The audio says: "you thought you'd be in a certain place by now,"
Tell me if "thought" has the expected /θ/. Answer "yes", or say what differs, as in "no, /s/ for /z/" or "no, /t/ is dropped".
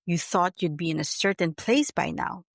yes